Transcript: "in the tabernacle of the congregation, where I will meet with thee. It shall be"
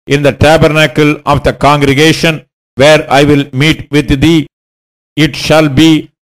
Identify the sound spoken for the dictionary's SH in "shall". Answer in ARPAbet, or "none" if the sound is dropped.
SH